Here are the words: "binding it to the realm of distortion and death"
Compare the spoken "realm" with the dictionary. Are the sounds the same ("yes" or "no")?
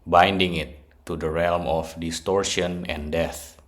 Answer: yes